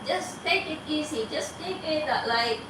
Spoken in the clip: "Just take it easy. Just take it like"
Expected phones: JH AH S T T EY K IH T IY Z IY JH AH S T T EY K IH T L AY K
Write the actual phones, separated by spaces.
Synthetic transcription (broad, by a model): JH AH S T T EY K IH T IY S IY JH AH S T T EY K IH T L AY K